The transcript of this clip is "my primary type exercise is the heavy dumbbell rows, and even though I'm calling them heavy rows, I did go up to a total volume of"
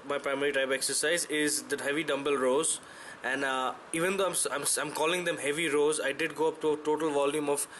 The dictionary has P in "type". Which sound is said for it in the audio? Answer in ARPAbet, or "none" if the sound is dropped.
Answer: B